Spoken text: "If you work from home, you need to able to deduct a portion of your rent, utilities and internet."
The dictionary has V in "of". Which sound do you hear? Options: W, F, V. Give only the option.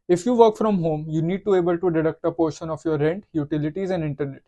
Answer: F